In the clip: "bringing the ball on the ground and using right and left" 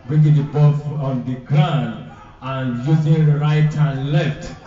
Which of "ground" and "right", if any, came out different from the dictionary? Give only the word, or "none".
ground